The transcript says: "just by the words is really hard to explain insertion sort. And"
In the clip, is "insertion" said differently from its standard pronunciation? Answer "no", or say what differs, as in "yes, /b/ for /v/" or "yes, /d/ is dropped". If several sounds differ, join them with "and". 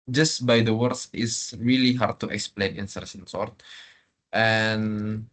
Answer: yes, /s/ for /ʃ/